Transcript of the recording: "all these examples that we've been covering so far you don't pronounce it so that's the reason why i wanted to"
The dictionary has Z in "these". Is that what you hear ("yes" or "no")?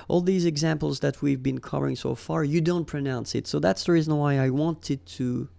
yes